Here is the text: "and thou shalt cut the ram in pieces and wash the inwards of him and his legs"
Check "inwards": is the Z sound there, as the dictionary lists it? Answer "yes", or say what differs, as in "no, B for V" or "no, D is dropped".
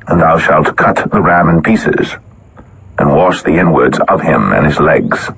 yes